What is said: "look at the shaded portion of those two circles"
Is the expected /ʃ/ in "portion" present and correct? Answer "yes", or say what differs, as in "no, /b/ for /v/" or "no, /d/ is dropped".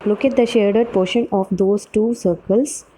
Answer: yes